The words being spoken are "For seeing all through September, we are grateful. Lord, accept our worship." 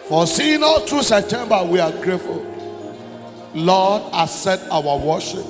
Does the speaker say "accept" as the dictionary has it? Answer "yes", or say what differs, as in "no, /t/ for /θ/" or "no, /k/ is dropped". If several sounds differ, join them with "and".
no, /k/ is dropped and /p/ is dropped